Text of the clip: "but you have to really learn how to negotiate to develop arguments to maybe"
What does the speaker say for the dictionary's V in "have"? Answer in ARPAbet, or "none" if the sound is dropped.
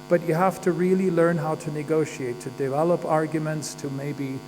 F